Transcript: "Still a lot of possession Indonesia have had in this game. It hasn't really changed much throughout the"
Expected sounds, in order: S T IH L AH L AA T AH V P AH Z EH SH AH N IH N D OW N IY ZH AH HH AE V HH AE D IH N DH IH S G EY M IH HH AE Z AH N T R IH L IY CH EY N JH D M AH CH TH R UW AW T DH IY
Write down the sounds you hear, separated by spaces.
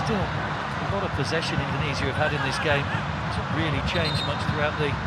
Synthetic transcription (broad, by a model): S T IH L AH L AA T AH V P AH Z EH SH AH N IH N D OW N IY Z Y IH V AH D IH N DH IH S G EY IH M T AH R IH L IY CH EY N JH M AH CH TH R UW AW T DH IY